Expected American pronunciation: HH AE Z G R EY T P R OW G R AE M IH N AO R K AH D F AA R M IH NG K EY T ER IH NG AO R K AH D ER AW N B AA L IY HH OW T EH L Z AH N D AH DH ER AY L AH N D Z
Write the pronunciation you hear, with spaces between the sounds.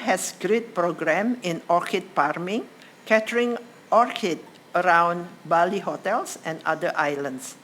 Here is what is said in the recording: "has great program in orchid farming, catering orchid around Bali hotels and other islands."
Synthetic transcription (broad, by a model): HH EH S G R EY T P R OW G R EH M IH N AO R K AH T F AA R M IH NG K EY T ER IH NG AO R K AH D ER AW N B AA L IY HH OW T EH L S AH N D AH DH AY L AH N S